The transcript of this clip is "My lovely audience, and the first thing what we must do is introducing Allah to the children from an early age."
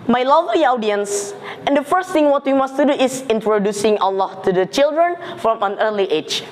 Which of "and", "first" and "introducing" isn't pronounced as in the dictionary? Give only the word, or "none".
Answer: none